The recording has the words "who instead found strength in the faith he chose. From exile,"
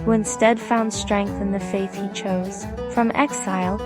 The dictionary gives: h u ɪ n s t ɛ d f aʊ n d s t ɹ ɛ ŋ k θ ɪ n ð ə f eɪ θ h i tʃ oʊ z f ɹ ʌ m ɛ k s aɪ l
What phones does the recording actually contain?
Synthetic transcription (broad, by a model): h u ɪ n s t ɛ d f aʊ n d s t ɹ ɛ ŋ k θ ɪ n ð ə f eɪ θ h i tʃ oʊ z f ɹ ʌ m ɛ k s aɪ l